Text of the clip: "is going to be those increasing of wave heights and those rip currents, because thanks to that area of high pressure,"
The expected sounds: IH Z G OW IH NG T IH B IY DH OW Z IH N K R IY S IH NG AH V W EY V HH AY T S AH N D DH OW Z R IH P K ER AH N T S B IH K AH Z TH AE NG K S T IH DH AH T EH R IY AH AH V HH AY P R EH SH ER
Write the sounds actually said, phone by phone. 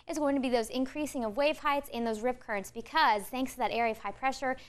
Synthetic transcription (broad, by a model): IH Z G OW IH NG T IH B IY DH OW Z IH N K R IY S IH NG AH V W EY V HH AY T S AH N DH OW Z R IH P K ER AH N T S B IH K AH Z TH AE NG K S T IH DH AH T EH R IY AH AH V HH AY P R EH SH ER